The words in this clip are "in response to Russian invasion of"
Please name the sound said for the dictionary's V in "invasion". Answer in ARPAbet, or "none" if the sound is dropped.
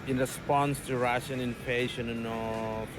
P